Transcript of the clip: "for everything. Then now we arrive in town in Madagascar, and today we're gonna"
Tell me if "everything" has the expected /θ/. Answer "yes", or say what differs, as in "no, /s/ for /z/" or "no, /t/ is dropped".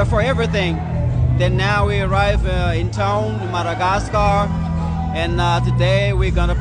yes